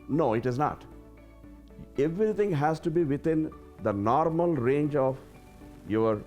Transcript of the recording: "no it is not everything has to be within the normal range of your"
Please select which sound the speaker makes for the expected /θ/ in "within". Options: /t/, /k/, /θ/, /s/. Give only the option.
/t/